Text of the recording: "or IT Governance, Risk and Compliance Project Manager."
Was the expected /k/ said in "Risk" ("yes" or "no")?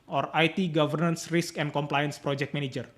yes